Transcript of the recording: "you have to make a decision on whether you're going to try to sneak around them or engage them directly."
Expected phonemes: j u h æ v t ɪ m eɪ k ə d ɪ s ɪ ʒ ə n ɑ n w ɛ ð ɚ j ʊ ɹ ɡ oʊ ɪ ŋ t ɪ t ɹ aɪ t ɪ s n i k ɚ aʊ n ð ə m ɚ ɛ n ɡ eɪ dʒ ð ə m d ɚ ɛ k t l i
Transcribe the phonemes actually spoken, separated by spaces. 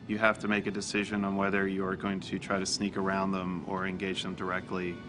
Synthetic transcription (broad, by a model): j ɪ h æ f t ɪ m eɪ k ə d ɪ s ɪ ʒ ə n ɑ n w ɛ ð ɚ j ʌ ɹ ɡ oʊ ɪ ŋ t ɪ t ɹ aɪ t ɪ s n i k ɚ aʊ n ð ə m ɚ ɛ n ɡ eɪ dʒ ð ə m d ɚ ɛ k t l i